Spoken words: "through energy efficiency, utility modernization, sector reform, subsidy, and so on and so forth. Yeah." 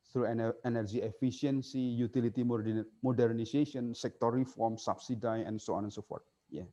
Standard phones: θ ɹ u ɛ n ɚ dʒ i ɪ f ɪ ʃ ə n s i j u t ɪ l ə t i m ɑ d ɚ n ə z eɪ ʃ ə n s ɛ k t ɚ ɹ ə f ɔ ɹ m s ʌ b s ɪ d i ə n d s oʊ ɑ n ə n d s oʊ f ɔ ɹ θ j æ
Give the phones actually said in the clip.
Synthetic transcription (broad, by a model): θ ɹ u ɛ n ɚ dʒ i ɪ f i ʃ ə n s i j u t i l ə t i m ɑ d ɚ n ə s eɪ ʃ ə n s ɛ k t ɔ ɹ ə f ɔ ɹ m s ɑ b s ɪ d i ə n s oʊ ɑ n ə n s oʊ f ɔ ɹ t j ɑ